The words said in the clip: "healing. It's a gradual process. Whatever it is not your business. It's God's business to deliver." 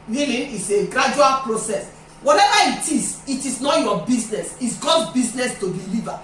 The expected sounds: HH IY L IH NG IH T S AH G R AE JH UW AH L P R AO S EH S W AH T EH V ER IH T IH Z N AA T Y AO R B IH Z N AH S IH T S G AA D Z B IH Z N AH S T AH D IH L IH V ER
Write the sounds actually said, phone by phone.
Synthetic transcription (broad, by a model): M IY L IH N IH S AH G R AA JH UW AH L P R AO S EH S W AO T EH V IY IH T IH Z N AA T Y AO B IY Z N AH S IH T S G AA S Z B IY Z N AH S T AH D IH L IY V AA